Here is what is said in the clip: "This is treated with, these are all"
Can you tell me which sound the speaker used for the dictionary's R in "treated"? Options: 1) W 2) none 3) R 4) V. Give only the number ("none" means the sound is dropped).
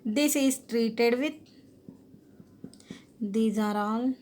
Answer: 3